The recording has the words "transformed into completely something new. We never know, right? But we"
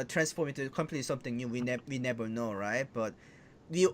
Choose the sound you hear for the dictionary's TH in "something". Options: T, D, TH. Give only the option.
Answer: T